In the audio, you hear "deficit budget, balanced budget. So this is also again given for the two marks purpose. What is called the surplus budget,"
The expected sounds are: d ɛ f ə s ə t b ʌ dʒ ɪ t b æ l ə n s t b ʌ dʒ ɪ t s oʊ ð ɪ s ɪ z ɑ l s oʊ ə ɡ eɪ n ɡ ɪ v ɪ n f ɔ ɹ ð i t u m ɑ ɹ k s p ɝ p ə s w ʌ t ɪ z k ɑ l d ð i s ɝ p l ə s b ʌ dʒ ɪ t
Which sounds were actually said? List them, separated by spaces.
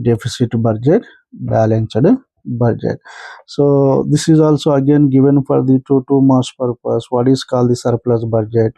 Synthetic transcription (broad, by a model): d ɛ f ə s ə t b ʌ dʒ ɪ t b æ l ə n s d b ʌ dʒ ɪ t s oʊ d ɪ s ɪ z ɑ l s oʊ ə ɡ eɪ n ɡ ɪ v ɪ n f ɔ ɹ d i t u m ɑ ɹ s p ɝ p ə s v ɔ t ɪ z k ɑ l d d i s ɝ p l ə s b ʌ dʒ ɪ t